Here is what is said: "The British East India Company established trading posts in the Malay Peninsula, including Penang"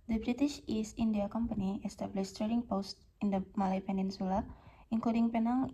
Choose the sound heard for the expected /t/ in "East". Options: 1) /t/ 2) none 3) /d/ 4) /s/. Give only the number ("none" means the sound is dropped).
2